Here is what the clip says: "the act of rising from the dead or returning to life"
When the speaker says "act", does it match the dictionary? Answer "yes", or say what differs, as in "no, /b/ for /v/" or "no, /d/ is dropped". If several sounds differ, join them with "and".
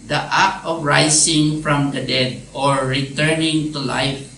no, /k/ is dropped